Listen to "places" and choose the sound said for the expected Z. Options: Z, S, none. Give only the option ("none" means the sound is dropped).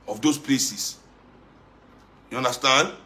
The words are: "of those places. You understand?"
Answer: S